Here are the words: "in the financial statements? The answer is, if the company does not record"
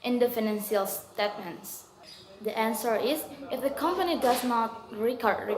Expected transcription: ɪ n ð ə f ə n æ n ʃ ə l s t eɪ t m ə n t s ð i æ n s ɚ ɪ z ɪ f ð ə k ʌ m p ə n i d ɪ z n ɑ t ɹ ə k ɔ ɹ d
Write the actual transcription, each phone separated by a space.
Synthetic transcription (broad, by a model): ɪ n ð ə f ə n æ n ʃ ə l s t eɪ t m ə n t s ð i æ n s ɚ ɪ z ɪ f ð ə k ʌ m p ə n i d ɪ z n ɑ t ɹ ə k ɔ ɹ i